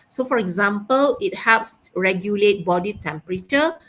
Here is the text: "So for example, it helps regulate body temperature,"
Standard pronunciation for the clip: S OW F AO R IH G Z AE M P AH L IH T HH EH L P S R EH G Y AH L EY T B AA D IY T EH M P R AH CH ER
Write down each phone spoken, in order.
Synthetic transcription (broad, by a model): S OW F AO R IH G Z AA M P AH L IH T HH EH P S R EH G Y AH L EY T B AA D IY T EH M P R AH CH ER